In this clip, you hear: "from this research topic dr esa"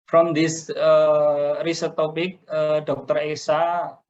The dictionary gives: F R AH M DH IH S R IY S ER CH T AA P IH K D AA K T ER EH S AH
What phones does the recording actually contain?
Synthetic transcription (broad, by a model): F R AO M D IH S R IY S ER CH T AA P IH K D AA K T ER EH S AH